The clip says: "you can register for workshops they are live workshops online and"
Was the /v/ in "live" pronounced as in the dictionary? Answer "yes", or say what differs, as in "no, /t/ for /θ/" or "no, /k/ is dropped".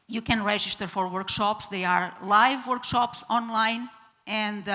yes